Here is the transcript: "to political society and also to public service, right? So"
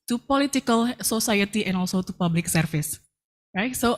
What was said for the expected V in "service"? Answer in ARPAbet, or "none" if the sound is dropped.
F